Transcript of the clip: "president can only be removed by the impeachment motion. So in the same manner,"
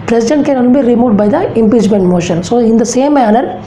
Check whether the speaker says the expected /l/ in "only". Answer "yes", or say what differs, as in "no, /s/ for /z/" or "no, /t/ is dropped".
no, /l/ is dropped